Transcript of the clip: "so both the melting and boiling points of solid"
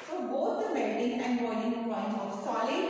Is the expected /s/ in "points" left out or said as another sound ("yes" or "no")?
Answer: yes